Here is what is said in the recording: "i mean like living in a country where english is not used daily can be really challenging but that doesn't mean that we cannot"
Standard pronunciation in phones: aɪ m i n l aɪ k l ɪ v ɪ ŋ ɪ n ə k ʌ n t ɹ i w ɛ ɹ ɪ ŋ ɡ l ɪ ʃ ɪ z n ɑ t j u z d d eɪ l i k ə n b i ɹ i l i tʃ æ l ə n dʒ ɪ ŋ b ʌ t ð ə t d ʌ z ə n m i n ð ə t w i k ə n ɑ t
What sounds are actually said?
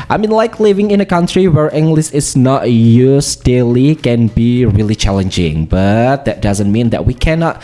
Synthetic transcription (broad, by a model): aɪ m i n l aɪ k l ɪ v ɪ ŋ ɪ n ə k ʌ n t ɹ i w ɛ ɹ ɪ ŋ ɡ l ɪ s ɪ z n ɑ t j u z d d eɪ l i k ə n b i ɹ i l i tʃ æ l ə n dʒ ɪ ŋ b ʌ t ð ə t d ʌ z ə n m i n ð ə t w i k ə n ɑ t